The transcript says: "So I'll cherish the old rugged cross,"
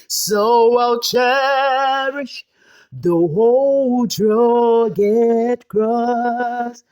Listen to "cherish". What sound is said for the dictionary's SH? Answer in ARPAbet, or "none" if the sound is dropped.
SH